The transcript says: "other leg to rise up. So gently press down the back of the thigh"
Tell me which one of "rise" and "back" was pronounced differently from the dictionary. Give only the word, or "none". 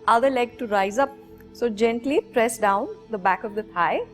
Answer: none